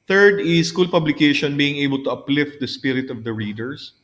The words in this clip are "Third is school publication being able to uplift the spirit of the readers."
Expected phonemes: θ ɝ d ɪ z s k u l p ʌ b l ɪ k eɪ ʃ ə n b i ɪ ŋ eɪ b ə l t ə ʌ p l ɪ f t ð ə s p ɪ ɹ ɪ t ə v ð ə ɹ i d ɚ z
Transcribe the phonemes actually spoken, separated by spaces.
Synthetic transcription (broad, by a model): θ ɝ d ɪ s k u l p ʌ b l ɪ k eɪ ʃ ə n b i ɪ ŋ eɪ b ə l t ə ʌ p l ɪ f t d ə s p ɪ ɹ ɪ t ə v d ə ɹ i d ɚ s